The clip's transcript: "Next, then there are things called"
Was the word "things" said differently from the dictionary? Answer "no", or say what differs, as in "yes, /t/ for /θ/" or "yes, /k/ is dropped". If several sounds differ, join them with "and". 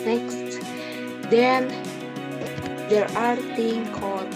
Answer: yes, /z/ is dropped